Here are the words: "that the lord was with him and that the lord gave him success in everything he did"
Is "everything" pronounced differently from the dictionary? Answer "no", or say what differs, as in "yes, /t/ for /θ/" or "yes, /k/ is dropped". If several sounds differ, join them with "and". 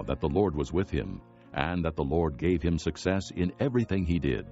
no